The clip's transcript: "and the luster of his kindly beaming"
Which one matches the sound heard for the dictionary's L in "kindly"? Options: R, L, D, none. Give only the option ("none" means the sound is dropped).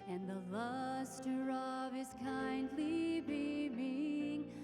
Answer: L